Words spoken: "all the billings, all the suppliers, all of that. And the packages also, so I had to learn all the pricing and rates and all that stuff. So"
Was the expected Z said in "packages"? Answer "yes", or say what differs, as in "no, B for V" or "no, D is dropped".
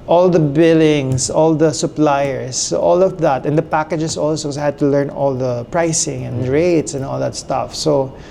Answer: no, S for Z